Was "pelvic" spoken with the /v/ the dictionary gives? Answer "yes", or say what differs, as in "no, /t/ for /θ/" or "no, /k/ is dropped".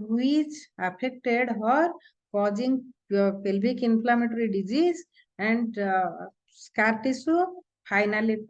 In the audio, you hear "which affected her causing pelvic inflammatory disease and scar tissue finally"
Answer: no, /b/ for /v/